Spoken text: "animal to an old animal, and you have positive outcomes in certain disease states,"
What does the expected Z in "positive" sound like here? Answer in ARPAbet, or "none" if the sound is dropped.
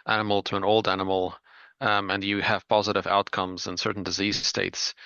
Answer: Z